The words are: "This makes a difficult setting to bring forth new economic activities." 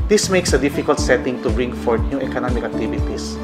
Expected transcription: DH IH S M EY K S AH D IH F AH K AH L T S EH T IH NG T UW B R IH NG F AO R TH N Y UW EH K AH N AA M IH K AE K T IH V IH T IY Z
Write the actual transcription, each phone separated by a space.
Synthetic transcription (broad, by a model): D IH S M EY K S AH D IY F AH K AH L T S EH T IH NG T UW B R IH NG F AO R T N Y UW EH K AH N AA M IH K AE K T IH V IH T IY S